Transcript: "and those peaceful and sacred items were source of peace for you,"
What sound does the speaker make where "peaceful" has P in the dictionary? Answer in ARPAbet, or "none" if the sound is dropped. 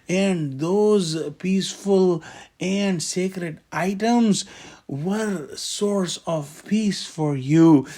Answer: P